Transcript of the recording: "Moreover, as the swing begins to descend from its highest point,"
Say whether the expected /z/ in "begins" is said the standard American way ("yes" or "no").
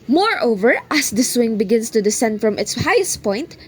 no